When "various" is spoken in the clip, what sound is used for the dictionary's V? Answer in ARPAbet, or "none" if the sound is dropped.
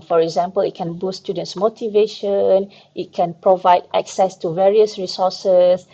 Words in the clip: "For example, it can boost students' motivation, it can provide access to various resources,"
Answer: V